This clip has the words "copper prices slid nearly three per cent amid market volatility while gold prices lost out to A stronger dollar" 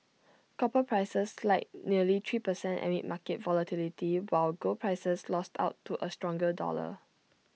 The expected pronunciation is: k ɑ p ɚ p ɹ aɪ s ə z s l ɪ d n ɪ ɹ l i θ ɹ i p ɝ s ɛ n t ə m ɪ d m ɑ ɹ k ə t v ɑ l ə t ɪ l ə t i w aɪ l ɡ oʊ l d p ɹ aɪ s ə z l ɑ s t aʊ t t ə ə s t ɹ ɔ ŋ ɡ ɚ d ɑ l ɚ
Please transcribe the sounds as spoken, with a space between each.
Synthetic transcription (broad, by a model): k ɑ p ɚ p ɹ aɪ s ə s l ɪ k n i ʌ l i t ɹ i p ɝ s ɛ n t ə m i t m ɑ k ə t v ɑ l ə t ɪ l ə t i w aɪ l ɡ oʊ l p ɹ aɪ s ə s l ɑ s t aʊ t t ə ə s t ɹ ɔ ŋ ɡ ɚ d ɑ l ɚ